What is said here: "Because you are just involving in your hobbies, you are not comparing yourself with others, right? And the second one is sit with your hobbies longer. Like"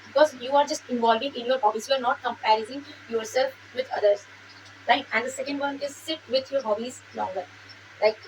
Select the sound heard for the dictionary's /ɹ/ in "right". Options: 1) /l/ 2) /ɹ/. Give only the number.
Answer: 1